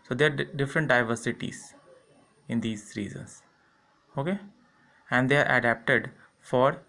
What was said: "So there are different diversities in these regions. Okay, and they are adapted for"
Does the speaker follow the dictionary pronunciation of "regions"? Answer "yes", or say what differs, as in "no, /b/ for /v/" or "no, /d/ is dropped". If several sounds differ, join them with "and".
no, /z/ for /dʒ/